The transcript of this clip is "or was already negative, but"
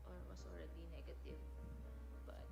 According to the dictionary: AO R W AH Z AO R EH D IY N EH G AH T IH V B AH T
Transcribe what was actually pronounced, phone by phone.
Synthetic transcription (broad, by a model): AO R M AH S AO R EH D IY N EH G AH T IH V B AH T